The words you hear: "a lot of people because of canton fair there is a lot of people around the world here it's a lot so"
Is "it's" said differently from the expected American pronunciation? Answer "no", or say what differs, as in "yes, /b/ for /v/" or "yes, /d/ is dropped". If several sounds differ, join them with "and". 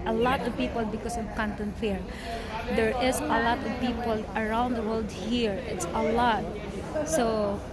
no